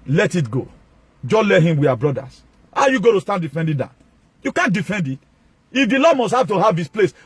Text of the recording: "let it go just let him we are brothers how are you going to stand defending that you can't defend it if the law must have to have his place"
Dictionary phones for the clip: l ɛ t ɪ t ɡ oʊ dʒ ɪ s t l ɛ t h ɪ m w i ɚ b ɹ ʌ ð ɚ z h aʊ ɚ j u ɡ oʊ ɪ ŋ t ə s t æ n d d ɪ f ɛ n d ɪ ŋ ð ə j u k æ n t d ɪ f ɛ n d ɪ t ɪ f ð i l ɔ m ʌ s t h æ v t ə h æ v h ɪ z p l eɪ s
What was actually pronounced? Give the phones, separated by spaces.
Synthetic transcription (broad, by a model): l ɛ t ɪ t ɡ oʊ dʒ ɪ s l ɛ t h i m w i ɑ b ɹ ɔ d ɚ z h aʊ j u ɡ oʊ t ə s t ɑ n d d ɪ f ɛ n d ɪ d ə j u k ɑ n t d ɪ f ɛ n d ɪ t ɪ f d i l ɔ m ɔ s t h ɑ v t ə h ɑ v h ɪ s p l eɪ s